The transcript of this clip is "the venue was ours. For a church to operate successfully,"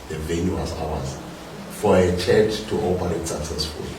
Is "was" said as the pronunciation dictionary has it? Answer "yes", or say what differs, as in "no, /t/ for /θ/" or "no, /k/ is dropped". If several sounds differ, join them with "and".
no, /s/ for /z/